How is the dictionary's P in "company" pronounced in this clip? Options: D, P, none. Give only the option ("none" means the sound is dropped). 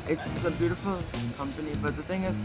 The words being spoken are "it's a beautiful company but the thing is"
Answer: P